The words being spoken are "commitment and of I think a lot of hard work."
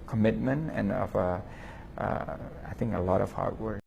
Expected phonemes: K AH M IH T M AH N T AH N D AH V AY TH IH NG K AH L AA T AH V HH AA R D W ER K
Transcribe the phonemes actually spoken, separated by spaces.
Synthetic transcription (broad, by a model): K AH M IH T M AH N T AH N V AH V AY TH IH NG K AH L AA T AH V HH AA R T W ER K